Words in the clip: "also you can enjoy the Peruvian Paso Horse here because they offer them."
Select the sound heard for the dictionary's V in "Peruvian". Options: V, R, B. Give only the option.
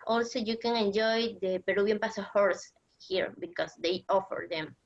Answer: B